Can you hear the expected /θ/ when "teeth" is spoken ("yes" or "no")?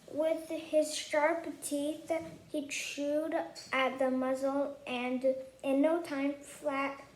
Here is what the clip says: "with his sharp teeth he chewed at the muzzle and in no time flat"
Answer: yes